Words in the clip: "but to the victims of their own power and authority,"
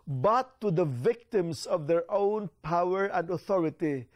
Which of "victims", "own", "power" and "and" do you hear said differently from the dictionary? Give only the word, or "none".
victims